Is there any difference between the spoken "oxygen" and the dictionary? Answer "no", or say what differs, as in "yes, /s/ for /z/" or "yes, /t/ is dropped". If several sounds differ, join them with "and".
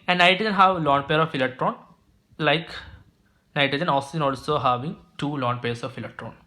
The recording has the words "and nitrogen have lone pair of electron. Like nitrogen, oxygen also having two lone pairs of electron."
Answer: yes, /k/ is dropped